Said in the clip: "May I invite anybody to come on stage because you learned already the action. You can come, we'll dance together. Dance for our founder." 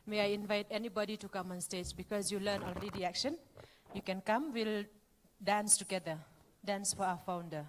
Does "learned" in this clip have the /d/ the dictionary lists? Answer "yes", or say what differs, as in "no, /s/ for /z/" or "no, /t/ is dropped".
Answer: no, /d/ is dropped